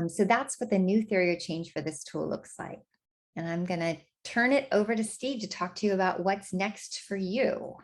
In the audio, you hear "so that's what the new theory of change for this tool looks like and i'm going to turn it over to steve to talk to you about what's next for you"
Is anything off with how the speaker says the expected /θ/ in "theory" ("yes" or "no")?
no